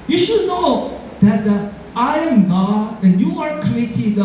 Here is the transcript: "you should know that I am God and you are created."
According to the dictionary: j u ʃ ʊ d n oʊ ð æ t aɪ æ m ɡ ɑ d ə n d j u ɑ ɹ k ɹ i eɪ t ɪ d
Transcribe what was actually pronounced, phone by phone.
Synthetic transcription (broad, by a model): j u ʃ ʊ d n oʊ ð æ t aɪ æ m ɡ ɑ ə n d j u ɑ ɹ k ɹ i eɪ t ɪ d